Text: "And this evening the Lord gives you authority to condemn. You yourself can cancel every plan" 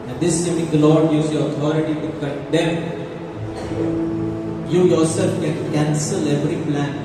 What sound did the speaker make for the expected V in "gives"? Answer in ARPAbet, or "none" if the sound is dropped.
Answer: none